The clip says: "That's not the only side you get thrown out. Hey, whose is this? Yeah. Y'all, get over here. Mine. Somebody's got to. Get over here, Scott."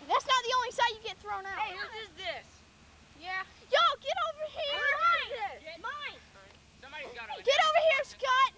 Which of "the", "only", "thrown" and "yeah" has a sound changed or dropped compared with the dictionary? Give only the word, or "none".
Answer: none